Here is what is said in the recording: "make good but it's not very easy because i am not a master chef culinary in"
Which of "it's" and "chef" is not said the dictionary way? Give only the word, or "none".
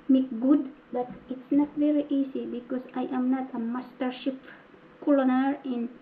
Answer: chef